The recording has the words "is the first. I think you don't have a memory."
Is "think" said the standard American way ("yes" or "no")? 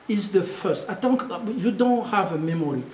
no